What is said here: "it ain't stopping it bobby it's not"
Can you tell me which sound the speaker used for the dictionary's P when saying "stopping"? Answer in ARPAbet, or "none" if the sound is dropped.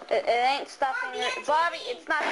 F